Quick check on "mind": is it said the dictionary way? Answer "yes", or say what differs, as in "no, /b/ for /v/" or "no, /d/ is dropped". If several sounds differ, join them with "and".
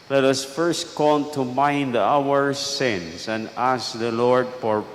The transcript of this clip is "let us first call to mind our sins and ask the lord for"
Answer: yes